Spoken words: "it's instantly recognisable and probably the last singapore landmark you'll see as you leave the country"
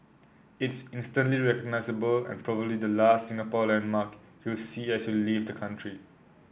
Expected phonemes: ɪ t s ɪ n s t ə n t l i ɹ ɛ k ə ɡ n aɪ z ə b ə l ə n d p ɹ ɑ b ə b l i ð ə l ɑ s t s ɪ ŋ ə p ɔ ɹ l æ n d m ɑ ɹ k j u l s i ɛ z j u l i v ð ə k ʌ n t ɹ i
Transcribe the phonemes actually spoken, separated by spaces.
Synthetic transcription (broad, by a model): ɪ t s ɪ n s t ə n t l i ɹ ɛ k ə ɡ n aɪ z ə b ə l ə n p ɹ ɑ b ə b l i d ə l ɑ s t s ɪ ŋ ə p ɔ l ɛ n m ɑ k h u w s i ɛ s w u l i v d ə k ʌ n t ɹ i